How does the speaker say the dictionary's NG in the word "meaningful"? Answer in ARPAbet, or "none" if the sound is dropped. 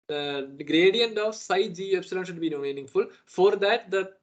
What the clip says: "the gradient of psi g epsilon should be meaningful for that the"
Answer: NG